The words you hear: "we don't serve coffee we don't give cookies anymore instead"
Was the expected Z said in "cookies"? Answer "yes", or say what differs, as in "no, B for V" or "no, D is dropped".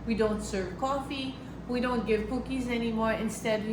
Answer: yes